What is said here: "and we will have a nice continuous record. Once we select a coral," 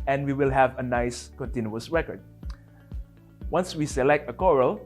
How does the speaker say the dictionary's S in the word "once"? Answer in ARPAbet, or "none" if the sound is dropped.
S